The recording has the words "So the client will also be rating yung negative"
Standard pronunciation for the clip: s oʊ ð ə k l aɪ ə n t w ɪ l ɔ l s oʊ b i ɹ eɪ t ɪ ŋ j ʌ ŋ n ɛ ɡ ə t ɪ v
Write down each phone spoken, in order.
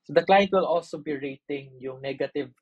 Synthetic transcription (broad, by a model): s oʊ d ə k l aɪ ə n t w ɪ l ɔ l s oʊ b i ɹ eɪ t ɪ ŋ j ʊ ŋ n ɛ ɡ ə t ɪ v